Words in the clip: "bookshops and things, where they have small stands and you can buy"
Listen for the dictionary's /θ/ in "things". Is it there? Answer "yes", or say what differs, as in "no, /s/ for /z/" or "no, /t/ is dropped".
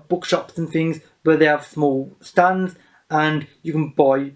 yes